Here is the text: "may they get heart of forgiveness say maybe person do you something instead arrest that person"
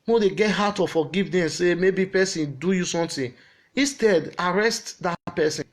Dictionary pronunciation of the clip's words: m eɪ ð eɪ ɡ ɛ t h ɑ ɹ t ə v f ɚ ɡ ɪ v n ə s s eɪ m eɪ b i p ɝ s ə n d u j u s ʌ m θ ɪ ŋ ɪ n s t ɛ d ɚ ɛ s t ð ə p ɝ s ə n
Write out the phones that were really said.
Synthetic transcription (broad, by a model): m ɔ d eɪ ɡ ɛ t h ɑ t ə f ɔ ɡ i v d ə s s eɪ m eɪ b i p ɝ s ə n d u j u s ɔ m t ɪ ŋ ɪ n s t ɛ d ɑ ɛ s t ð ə p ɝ s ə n